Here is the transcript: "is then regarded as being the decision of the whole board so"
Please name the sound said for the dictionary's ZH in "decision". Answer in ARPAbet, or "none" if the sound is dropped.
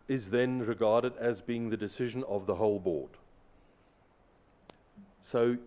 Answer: ZH